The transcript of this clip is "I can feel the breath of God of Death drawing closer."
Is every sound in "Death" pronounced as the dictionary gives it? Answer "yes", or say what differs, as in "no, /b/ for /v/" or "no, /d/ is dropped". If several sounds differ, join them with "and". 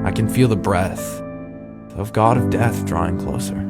yes